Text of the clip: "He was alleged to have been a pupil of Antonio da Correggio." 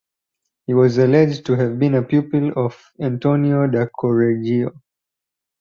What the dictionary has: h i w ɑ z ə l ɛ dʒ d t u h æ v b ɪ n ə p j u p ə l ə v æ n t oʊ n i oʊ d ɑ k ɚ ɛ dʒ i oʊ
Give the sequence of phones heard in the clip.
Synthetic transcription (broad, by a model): h i w ɑ z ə l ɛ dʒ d t u h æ v b ɪ n ə p j u p ə l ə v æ n t oʊ n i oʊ d ɑ k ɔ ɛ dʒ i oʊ